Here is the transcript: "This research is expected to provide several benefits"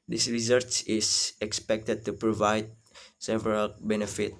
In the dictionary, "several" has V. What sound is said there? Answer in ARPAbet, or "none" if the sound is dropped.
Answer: V